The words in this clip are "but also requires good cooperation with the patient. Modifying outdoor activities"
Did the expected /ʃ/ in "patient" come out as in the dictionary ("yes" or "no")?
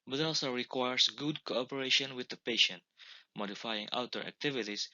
yes